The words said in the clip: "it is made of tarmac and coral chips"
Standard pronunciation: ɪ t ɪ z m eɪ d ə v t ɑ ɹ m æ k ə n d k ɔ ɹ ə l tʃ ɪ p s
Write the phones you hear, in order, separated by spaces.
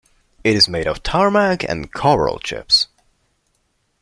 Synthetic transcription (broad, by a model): ɪ t ɪ z m eɪ d ə v t ɑ ɹ m æ k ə n k ɔ ɹ ə l tʃ ɪ p s